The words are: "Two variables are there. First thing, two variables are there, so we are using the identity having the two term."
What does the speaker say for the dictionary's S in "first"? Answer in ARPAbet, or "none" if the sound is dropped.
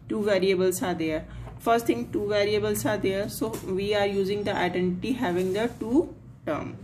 S